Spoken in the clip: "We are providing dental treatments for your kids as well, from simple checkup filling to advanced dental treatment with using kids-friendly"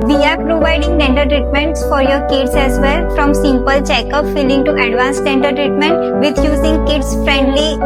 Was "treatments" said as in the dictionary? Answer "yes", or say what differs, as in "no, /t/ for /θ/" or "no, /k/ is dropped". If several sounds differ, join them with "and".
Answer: yes